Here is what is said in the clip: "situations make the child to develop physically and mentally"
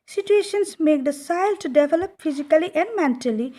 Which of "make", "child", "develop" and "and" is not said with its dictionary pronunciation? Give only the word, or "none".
child